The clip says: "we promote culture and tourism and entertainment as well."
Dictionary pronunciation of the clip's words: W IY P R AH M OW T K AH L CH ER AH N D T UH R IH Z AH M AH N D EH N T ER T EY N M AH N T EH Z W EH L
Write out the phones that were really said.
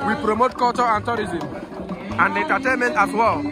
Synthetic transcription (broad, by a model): W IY P R AH M OW T K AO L CH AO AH N T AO R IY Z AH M AH N D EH N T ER T EY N M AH N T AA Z W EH L